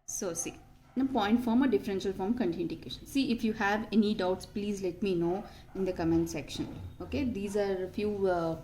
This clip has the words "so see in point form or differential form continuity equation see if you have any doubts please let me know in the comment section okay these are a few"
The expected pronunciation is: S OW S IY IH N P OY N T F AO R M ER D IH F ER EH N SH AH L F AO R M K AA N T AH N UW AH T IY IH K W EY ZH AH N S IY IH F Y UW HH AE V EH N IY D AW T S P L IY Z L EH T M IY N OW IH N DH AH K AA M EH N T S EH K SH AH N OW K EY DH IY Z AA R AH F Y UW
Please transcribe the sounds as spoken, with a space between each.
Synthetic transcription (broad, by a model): S OW S IY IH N P OY N T F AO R M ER D IH F ER EH N SH AH L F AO M K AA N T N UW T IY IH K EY SH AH N S IY IH F Y UW HH AE V EH N IY D AW T S P L IY Z L EH T M IY N OW IH N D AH K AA M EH N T S EH K SH AH N OW K EY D IY Z AA R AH F Y UW